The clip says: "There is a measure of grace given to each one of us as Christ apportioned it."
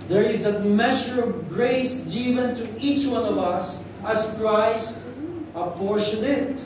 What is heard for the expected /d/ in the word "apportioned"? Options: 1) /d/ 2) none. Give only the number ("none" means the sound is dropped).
2